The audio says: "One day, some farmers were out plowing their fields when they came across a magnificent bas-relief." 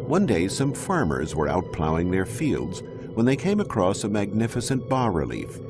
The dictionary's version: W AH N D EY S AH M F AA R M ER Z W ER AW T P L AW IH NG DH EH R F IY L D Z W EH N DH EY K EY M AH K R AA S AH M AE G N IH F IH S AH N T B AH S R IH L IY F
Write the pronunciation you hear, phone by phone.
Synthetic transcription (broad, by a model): W AH N D EY S AH M F AA R M ER Z W ER AW T P L AW IH NG DH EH R F IY L D Z W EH N DH EY K EY M AH K R AA S AH M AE G N IH F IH S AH N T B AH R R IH L IY F